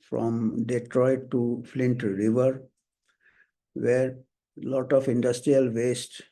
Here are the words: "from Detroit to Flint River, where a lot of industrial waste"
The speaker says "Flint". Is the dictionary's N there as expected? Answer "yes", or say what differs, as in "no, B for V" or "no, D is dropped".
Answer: yes